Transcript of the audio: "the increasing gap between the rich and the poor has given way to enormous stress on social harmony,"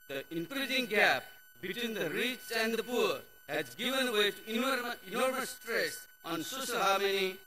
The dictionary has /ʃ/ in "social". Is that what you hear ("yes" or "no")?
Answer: no